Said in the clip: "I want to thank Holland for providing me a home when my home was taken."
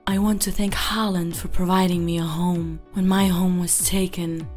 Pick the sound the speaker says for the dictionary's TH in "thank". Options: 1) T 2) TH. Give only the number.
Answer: 2